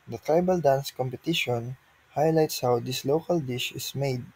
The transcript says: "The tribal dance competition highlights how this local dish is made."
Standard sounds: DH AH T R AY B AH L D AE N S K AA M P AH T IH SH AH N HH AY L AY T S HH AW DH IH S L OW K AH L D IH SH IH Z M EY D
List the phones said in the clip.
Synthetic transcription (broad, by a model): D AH T R AY B AH L D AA N S K AA M P AH T IH SH AH N HH AY L AY T S HH AW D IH S L OW K AH L D IH SH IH S M EY D